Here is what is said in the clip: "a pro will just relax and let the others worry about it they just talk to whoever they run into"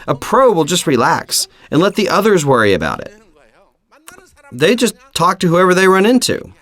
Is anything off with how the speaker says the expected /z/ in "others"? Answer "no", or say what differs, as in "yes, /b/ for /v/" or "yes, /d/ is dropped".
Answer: no